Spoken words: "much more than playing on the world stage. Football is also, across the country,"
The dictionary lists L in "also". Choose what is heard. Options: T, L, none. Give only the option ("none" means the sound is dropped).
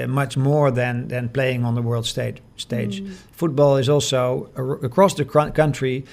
L